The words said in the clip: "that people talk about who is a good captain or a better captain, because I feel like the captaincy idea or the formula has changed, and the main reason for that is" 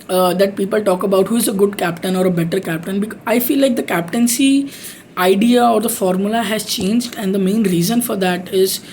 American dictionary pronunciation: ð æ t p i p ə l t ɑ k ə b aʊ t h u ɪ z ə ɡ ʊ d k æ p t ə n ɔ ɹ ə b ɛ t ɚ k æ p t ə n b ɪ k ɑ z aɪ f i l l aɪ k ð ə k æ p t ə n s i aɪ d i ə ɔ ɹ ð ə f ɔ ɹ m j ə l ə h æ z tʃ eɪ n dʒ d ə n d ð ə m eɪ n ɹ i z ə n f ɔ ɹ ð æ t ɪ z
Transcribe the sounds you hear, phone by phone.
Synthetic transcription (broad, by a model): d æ t p i p ə l t ɑ k ə b aʊ t h u ɪ z ə ɡ ʊ d k æ p t ə n ɔ ɹ ə b ɛ t ɚ k æ p t ə n b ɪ k ɑ ɪ f i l l aɪ k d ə k æ p t ə n s i aɪ d i ə ɔ ɹ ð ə f ɔ ɹ m j ə l ə h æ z tʃ eɪ n dʒ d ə n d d ə m eɪ n ɹ i z ə n f ɔ ɹ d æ t ɪ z